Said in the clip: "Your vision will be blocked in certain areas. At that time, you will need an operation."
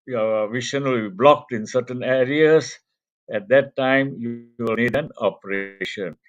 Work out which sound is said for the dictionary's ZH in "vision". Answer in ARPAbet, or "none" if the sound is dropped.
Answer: SH